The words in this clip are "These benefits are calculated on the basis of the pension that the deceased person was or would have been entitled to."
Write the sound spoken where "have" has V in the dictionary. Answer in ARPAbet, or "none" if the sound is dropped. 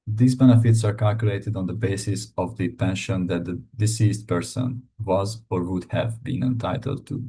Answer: V